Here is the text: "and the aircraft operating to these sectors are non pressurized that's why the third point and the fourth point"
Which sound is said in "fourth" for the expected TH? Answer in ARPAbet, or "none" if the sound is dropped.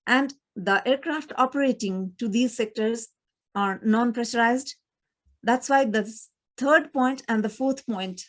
T